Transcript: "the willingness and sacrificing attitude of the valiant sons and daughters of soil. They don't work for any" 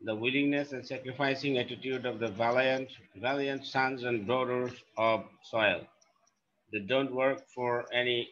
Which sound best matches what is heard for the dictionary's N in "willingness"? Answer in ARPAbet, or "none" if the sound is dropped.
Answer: N